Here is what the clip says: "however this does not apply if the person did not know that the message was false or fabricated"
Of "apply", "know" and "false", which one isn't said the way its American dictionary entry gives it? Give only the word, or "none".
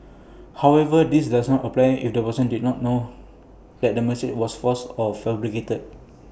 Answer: false